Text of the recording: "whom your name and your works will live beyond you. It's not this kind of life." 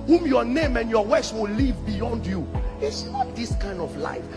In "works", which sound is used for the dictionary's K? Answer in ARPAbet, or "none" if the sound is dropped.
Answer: none